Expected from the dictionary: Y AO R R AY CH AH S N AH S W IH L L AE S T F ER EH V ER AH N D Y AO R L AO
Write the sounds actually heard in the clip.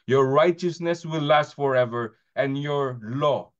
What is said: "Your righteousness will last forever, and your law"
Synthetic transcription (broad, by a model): Y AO R R AY CH AH S N AH S W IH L L AE S T F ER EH V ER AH N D Y AO R L AO